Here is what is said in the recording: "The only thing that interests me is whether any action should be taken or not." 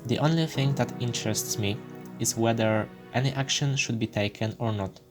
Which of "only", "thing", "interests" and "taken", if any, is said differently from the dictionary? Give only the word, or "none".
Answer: none